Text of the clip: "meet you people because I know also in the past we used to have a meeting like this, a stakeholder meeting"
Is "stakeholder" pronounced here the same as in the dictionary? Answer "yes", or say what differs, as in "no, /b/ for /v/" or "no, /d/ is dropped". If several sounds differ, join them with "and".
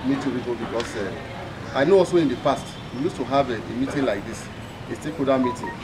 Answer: no, /l/ is dropped